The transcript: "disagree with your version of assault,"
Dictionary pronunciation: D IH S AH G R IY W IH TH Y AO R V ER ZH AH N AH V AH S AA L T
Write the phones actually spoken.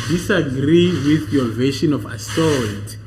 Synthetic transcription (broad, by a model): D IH S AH G R IY W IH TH Y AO V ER SH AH N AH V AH S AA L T